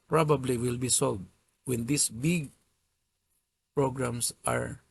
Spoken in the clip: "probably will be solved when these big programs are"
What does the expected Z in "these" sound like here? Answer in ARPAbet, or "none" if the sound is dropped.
S